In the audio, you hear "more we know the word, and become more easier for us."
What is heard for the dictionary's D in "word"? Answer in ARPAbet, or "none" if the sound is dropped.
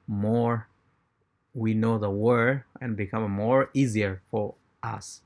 none